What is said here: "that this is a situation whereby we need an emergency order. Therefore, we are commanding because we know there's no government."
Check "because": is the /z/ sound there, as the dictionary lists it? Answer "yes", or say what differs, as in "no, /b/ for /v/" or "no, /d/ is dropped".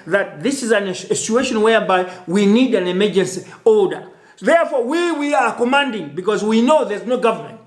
yes